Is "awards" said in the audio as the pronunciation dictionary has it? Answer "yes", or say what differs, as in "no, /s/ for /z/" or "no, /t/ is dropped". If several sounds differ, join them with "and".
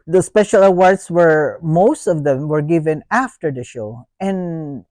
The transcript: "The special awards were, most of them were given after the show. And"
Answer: no, /s/ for /z/